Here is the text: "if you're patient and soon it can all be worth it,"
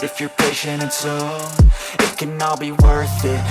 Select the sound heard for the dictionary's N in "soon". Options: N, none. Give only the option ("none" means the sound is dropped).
none